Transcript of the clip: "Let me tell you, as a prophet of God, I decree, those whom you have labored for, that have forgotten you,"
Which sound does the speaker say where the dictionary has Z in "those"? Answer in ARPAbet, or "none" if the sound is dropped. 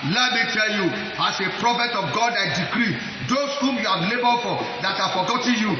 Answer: S